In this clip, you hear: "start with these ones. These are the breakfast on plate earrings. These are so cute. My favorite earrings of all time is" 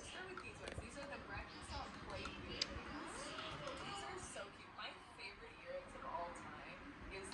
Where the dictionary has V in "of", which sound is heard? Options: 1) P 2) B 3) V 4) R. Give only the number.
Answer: 3